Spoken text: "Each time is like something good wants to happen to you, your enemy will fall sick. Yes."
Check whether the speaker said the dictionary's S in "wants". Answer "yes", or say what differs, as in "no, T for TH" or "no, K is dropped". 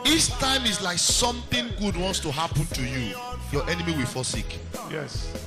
yes